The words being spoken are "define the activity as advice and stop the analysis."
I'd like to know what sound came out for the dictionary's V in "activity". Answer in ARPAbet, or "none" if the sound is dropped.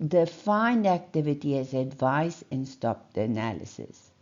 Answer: V